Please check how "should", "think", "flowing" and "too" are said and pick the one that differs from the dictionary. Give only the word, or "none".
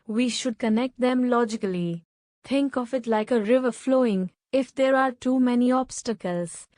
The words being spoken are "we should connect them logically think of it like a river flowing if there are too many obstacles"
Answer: think